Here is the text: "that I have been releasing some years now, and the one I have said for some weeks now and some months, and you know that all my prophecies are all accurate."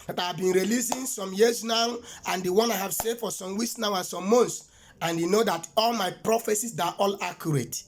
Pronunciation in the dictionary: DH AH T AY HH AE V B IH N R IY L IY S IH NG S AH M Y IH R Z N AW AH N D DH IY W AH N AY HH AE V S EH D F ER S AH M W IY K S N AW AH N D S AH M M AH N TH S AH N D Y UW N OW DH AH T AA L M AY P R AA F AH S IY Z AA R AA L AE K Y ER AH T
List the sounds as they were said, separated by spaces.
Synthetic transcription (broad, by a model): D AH T AY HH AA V B IH N R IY L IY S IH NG S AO M Y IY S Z N AW AH N D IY W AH N AY HH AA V S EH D F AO S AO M W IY S N AW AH N S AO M M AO N T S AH N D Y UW N OW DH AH T AA L M AY P R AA F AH S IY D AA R AA L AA K Y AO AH T